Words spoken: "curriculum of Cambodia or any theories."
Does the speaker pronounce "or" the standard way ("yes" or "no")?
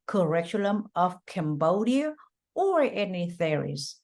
yes